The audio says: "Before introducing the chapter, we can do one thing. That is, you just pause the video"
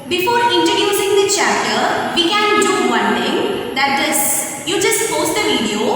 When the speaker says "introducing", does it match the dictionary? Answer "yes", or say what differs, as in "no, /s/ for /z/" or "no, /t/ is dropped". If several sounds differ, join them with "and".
no, /ɹ/ is dropped